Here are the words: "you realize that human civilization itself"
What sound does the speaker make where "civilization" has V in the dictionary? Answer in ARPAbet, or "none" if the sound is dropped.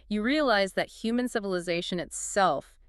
V